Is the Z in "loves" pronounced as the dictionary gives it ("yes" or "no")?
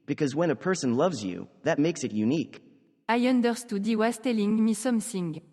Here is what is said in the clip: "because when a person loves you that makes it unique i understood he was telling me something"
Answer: yes